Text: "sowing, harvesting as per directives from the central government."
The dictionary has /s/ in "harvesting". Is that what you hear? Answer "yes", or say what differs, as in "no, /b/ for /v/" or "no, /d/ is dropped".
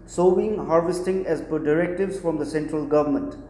yes